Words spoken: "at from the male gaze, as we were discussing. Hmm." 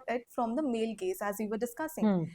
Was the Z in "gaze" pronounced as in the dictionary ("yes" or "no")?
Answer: no